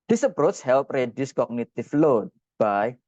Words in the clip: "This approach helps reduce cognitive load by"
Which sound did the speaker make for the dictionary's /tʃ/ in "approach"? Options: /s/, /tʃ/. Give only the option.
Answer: /s/